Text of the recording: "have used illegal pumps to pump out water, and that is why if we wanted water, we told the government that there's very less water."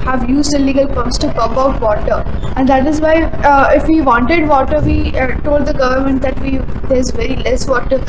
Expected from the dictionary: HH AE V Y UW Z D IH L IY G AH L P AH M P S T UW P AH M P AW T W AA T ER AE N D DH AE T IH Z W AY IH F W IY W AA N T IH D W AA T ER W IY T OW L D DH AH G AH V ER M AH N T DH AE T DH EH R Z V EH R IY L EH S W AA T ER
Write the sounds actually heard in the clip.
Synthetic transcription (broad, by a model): HH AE V Y UW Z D IH L IY G AH L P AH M S T UW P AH P AW T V AA T ER AE N D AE T IH Z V AY IH F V IY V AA N T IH D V AA T ER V IY T OW L D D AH G AH V ER M AH N T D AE T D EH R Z V EH R IY L EH S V AA T ER